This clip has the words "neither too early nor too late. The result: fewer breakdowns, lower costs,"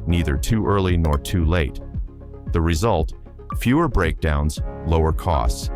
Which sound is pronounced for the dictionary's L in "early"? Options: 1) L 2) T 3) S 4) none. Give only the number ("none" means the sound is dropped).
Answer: 1